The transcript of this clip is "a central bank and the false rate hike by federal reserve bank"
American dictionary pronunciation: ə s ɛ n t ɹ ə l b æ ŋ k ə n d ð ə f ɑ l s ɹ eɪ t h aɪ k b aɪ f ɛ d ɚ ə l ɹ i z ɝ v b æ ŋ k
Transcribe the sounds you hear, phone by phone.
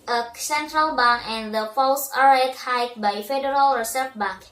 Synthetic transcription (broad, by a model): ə s ɛ n t ɹ ə l b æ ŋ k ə n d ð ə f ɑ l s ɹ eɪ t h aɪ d b aɪ f ɛ d ɚ ə l ɹ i s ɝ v b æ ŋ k